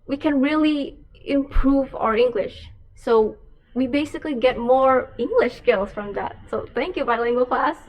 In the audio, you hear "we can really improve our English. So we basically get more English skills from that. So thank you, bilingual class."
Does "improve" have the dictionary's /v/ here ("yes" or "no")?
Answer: yes